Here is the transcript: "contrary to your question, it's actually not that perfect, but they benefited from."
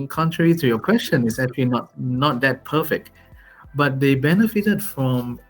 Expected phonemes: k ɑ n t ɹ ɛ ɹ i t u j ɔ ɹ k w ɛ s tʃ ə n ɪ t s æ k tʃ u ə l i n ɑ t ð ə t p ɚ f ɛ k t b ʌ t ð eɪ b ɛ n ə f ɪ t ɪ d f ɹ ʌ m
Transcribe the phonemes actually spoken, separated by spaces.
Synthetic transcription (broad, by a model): k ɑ n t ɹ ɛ ɹ i t u j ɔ k w ɛ s tʃ ə n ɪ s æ k tʃ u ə n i n ɑ t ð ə t p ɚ f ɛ k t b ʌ t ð eɪ b ɛ n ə f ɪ t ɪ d f ɹ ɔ m